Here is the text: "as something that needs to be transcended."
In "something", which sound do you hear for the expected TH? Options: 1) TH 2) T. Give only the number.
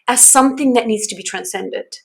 1